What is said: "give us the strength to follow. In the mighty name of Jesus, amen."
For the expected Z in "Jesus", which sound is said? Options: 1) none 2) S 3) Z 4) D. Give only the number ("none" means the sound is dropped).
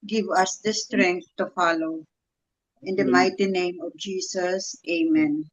2